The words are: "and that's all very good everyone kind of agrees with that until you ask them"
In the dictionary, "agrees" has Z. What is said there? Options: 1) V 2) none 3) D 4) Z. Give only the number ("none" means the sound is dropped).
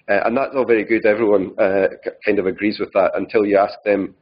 4